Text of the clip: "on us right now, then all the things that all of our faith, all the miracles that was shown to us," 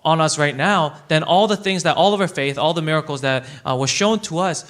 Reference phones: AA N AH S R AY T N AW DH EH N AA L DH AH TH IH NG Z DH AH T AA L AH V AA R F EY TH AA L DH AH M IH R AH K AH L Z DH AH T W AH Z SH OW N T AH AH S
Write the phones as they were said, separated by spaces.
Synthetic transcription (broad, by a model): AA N AH S R AY T N AW DH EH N AA L DH AH TH IH NG Z DH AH T AA L AH V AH R F EY TH AA L DH AH M IH R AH K L Z DH AH T W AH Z SH OW N T AH AH S